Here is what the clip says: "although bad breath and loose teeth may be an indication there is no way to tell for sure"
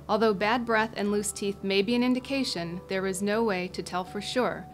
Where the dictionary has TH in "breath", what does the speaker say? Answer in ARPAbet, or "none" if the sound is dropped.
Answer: TH